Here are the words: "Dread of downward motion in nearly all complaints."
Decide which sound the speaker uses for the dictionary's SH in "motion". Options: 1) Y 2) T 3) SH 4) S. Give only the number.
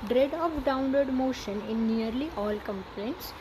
3